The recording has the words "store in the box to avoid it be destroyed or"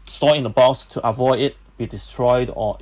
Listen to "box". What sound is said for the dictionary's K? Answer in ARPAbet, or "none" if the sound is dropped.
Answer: none